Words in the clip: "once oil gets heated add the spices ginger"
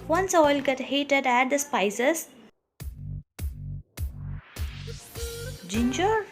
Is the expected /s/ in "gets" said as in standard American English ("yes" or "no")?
no